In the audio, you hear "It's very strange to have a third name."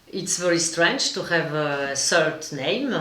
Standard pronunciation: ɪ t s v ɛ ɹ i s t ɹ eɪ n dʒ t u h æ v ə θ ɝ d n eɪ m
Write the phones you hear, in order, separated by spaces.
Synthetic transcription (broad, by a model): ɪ t s v ɛ ɹ i s t ɹ eɪ n dʒ t u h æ v ə s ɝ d n eɪ m